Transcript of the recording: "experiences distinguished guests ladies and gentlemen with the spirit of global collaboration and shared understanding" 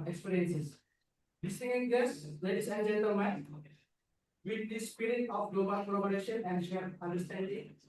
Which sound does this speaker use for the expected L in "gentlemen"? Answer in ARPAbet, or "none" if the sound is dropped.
none